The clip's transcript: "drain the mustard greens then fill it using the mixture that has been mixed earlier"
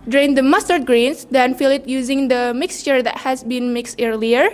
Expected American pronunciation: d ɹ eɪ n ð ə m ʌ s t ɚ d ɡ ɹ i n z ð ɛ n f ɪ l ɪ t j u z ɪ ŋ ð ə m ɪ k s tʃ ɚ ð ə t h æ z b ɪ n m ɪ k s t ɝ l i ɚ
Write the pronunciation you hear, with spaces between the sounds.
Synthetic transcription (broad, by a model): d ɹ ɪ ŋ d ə m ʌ s t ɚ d ɡ ɹ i n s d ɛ n f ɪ l ɪ t j u z ɪ ŋ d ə m ɪ k s tʃ ɚ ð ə t h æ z b ɪ n m ɪ k s t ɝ l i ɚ